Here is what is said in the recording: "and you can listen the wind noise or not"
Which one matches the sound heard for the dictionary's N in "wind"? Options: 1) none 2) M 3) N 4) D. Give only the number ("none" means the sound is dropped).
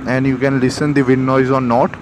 1